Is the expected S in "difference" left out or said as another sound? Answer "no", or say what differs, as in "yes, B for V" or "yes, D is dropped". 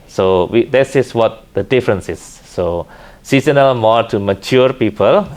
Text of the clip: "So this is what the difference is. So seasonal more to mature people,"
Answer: no